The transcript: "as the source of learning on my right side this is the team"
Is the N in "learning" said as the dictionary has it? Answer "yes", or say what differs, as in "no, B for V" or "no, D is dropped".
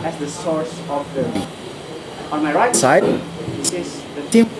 no, N is dropped